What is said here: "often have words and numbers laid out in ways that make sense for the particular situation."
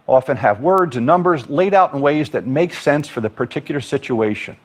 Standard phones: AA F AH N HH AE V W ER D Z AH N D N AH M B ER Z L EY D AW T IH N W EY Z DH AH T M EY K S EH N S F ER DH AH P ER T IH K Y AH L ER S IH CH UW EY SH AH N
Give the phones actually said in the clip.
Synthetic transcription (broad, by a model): AA F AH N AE V W ER D Z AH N N AH M B ER Z L EY D AW T N W EY Z DH AH T M EY K S EH N S F ER DH AH P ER T IH K Y L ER S IH CH UW EY SH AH N